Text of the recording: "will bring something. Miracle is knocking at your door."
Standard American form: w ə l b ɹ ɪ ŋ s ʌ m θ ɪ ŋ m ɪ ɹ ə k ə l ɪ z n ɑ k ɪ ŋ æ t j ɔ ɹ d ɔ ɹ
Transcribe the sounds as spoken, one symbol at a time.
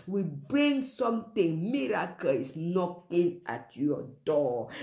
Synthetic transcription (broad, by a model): w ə b ɹ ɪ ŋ s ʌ m t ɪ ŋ m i ɹ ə k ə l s n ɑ k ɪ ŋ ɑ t j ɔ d ɔ